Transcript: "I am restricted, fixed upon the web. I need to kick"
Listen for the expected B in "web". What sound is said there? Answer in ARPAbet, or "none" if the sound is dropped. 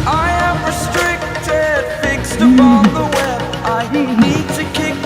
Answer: none